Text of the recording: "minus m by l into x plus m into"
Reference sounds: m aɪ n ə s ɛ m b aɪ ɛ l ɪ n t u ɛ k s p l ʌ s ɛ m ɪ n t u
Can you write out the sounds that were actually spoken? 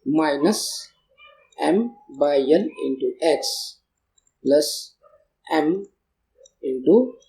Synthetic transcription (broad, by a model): m aɪ n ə s ɛ m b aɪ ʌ n ɪ n t u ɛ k s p l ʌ s ɛ m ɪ n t u